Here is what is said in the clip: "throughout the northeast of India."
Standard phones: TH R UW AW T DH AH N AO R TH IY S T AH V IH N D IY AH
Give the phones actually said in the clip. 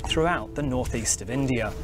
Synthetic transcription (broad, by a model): TH R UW AW T DH AH N AO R TH IY S T AH V IH N D IY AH